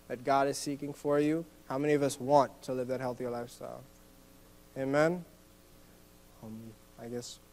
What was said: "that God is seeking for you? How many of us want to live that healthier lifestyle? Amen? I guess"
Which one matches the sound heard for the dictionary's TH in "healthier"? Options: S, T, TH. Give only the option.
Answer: TH